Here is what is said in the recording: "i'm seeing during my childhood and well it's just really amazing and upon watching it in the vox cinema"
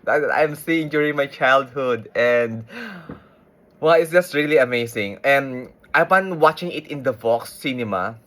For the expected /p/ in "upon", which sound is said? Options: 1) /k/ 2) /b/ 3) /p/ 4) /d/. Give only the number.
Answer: 2